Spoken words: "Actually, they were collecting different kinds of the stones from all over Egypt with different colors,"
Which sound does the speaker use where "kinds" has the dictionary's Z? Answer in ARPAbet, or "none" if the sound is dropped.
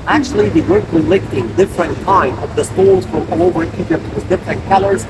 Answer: none